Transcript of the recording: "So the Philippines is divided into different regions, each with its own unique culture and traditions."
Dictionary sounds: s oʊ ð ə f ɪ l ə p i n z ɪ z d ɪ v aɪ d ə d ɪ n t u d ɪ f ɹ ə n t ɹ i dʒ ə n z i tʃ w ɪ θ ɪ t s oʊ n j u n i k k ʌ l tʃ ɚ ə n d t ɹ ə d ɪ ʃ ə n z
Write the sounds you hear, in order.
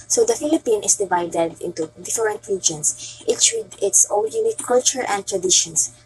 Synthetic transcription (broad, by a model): s oʊ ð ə f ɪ l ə p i n ɪ s d ɪ v aɪ d ə d ɪ n t u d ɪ f ɹ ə n t ɹ i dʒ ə n s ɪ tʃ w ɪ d ɪ t s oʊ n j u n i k k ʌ l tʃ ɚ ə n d t ɹ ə d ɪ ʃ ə n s